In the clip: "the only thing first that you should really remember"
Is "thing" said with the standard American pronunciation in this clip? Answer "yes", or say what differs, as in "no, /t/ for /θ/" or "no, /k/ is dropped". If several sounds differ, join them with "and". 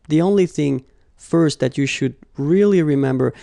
yes